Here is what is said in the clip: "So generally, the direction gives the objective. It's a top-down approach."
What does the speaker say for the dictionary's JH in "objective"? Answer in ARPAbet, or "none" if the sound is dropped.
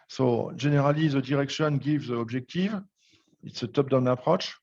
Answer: ZH